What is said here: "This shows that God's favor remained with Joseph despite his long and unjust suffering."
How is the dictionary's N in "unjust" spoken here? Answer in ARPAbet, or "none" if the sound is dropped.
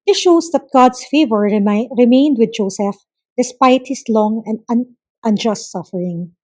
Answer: N